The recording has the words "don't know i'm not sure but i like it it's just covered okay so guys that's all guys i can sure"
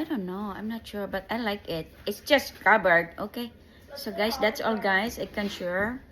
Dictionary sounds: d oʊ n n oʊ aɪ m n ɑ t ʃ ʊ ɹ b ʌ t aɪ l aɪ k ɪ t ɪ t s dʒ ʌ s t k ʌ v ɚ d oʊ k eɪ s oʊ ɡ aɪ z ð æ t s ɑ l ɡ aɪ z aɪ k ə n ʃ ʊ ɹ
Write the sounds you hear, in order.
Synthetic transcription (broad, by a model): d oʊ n n oʊ aɪ m n ɑ t ʃ ʊ ɹ b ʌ t aɪ l aɪ k ɪ t ɪ t s dʒ ʌ s t k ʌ b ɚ d oʊ k eɪ s oʊ ɡ aɪ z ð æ t s ɑ l ɡ aɪ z aɪ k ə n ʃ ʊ ɹ